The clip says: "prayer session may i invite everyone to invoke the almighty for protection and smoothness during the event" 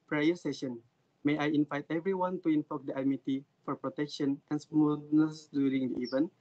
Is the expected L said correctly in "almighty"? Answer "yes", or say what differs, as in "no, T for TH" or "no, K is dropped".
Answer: no, L is dropped